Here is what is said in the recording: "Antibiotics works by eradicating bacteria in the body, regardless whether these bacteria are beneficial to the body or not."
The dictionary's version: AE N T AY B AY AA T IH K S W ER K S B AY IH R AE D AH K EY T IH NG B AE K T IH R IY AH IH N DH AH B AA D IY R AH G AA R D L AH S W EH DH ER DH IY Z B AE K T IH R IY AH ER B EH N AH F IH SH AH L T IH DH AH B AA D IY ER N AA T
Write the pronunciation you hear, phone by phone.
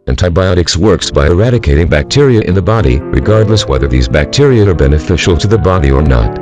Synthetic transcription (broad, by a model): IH N T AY B AY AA T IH K S W ER K S B AY IH R AE D AH K EY T IH NG B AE K T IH R IY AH IH N DH AH B AA D IY R AH G AA R D L AH S W EH DH ER DH IY Z B AE K T IH R IY AH ER B EH N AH F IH SH L T IH DH AH B AA D IY ER N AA T